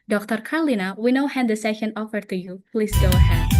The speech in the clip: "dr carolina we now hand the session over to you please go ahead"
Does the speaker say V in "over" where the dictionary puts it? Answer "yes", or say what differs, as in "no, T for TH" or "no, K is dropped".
no, F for V